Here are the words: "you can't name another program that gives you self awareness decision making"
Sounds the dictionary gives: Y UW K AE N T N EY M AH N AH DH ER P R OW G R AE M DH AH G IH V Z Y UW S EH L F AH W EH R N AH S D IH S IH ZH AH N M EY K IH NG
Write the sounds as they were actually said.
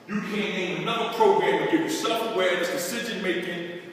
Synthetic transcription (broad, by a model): Y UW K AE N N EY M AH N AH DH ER P R OW G R AE M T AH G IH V Y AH S EH L F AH W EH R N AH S D IH S IH ZH AH N M EY K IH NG